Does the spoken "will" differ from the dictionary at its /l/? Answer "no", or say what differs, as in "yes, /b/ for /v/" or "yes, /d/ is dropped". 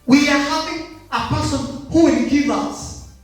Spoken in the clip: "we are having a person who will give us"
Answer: yes, /n/ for /l/